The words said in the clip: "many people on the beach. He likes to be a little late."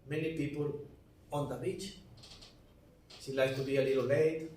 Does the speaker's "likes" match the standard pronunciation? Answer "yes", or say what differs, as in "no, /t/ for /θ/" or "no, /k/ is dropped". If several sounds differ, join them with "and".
no, /s/ is dropped